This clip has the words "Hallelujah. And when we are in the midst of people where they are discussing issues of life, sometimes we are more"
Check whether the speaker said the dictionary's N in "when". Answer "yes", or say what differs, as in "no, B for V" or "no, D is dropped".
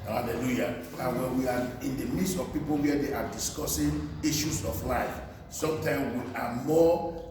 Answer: no, L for N